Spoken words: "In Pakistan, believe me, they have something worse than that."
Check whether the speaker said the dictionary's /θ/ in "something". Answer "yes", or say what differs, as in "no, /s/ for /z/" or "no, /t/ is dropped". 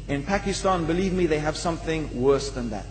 yes